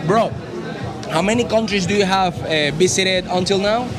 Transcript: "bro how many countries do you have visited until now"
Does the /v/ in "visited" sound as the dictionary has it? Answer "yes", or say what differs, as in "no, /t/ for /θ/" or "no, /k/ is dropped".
no, /b/ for /v/